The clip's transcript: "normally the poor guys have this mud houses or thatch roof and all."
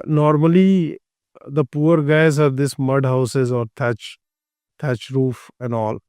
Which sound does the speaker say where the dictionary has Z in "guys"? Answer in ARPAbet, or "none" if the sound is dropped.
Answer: Z